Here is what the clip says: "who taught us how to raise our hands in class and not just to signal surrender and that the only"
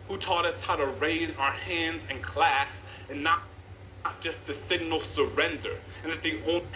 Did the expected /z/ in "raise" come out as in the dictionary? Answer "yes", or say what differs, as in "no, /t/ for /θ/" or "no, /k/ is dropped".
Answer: yes